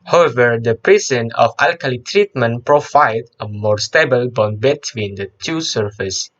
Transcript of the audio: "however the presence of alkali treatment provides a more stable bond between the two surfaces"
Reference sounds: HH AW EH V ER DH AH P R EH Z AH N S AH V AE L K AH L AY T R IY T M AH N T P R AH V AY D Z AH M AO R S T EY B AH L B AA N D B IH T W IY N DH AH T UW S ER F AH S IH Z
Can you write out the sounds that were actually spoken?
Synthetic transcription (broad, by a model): HH AW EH V ER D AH P R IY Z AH N AH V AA L K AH L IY T R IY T M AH N P R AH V AY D AH M AO R S T EY B AH L B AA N B IH T W IY N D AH T UW S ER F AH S